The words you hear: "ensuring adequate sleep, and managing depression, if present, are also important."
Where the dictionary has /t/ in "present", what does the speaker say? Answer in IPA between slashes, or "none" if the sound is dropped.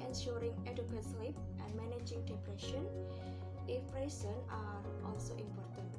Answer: none